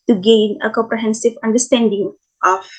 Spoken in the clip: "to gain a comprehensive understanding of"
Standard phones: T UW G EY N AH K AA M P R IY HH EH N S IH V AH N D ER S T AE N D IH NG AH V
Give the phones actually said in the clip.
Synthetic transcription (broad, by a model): T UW G EY N AH K AA M P R IY HH EH N S IH V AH N D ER S T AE N D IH NG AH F